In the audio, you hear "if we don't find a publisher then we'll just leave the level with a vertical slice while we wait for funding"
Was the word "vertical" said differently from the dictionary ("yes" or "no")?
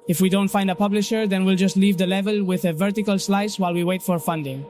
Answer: no